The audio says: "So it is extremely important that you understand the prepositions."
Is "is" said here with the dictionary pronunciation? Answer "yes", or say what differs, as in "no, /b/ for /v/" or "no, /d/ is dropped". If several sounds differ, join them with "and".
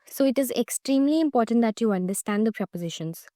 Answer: yes